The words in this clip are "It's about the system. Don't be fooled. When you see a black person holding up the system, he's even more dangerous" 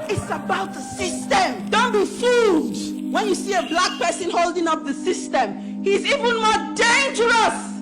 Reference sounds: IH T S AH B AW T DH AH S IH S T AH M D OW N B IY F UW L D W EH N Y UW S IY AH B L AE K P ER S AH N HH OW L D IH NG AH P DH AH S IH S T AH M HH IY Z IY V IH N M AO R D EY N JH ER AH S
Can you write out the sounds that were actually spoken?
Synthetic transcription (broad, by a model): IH T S AH B AW T DH AH S IH S T AH M D OW N B IY F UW D W EH N Y UW S IY AH B L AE K P ER S AH N HH OW L D IH NG AH P DH AH S IH S T AH M HH IY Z IY V IH N M AO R D EY N JH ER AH S